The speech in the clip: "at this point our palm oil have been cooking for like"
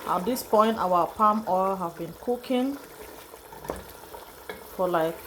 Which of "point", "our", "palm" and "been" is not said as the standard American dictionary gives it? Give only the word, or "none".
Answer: our